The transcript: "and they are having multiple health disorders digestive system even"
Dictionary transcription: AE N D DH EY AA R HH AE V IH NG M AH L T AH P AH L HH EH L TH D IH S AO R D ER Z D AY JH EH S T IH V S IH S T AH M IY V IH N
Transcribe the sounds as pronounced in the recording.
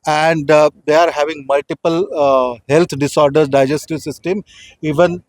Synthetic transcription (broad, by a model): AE N D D EY AA R HH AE V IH NG M AH L T AH P AH L HH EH L T D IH S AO R D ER D AY JH EH S T IH V S IH S T AH M IY V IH N